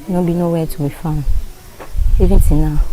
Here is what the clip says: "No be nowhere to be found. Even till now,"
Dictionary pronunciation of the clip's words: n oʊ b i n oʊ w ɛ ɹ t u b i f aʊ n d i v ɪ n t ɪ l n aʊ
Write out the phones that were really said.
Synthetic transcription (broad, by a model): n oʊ b i n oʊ w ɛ t u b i f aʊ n i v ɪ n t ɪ n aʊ